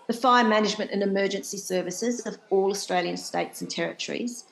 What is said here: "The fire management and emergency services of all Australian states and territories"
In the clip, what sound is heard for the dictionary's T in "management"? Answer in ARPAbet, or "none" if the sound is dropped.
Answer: T